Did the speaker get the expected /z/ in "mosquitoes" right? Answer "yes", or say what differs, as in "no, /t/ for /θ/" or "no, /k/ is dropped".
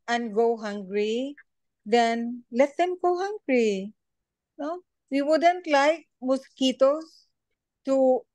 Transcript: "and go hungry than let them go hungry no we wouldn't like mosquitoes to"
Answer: no, /s/ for /z/